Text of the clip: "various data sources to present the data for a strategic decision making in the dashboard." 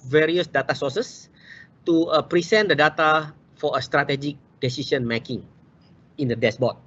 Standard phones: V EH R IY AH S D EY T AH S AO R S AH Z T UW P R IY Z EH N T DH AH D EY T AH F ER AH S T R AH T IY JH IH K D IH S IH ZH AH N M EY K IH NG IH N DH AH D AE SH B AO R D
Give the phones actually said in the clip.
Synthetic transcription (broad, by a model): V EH R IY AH S D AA T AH S AO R S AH S T UW P R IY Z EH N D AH D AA T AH F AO AH S T R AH T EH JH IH K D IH S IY S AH N M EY K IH NG IH N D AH D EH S B AO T